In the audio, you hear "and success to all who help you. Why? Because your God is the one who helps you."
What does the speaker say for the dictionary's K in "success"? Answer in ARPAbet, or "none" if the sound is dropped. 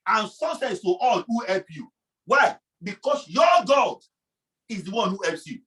none